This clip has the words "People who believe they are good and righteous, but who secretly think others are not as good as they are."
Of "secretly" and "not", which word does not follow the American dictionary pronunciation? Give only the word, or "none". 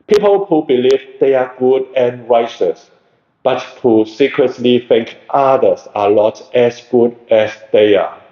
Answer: not